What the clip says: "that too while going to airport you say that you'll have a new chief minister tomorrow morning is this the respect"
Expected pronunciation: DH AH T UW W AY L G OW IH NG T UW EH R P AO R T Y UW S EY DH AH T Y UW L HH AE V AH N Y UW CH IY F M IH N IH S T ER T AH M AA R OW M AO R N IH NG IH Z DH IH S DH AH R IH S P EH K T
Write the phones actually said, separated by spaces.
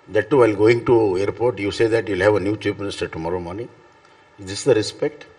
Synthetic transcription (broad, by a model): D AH T UW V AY L G OW IH NG T UW EH R P AO R T Y UW S EY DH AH T Y UW L HH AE V AH N Y UW CH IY P M IH N IH S T ER T AH M AA R OW M AO R N IH NG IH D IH S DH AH R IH S P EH K T